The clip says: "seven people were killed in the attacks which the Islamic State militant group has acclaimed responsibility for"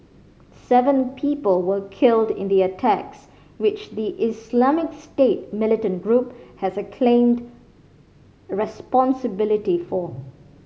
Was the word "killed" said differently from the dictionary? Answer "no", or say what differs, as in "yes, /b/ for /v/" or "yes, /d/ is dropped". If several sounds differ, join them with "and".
no